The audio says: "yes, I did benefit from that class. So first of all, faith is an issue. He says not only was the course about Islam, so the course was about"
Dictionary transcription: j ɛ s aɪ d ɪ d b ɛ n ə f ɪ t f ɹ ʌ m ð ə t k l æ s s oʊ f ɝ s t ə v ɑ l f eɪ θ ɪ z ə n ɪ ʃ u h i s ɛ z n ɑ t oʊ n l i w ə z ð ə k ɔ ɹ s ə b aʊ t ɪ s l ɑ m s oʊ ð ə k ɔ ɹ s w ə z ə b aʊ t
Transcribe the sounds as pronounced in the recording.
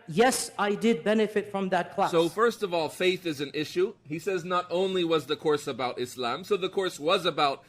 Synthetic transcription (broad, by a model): j ɛ s aɪ d ɪ d b ɛ n ə f ɪ t f ɹ ʌ m ð ə t k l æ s s oʊ f ɝ s t ə v ɑ l f eɪ θ ɪ z ə n ɪ ʃ u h i s ɛ z n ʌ t oʊ n l i w ə z ð ə k ɔ ɹ s ə b aʊ t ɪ s l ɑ m s oʊ ð ə k ɔ ɹ s w ə z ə b aʊ t